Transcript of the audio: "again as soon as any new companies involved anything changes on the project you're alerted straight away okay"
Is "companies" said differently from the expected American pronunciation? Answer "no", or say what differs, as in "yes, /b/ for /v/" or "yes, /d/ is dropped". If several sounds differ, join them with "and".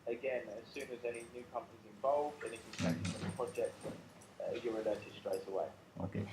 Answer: no